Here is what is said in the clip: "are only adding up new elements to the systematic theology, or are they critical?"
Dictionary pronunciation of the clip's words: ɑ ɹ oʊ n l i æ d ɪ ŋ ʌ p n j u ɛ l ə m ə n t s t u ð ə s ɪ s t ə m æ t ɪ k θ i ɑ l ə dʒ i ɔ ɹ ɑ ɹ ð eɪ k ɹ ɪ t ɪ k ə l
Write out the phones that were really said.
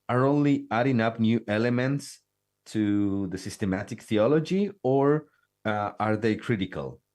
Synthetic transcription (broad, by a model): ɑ ɹ oʊ n l i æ d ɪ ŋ ʌ p n j u ɛ l ə m ə n t s t u ð ə s ɪ s t ə m æ t ɪ k θ i ɑ l ə dʒ i ɔ ɹ ɑ ɹ ð eɪ k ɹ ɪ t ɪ k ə l